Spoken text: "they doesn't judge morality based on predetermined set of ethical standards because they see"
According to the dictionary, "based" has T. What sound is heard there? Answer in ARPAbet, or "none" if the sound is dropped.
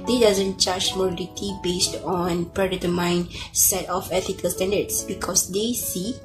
T